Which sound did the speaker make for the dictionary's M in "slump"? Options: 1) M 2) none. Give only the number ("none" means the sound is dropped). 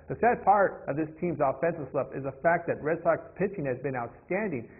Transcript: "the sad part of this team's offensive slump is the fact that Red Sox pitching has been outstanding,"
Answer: 2